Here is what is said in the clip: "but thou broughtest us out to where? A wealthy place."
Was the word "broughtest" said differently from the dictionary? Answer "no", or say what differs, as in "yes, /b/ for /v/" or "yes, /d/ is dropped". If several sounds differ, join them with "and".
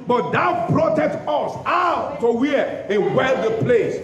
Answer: yes, /s/ is dropped